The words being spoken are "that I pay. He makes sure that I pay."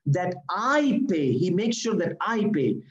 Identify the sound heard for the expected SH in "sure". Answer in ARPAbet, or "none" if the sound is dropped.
SH